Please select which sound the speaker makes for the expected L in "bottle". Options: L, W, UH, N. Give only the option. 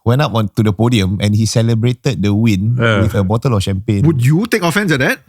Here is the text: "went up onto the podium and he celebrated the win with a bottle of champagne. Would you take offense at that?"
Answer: L